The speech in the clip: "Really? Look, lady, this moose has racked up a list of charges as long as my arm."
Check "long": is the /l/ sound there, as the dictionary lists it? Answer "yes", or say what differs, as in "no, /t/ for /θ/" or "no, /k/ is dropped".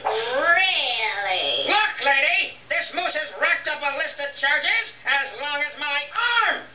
yes